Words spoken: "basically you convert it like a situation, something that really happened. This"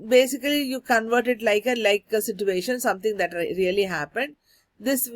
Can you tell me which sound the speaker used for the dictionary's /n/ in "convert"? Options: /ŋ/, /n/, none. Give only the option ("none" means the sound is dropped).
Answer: /n/